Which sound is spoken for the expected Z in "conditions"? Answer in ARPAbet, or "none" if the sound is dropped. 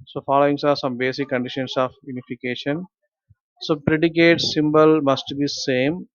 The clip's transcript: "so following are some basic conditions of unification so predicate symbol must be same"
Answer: S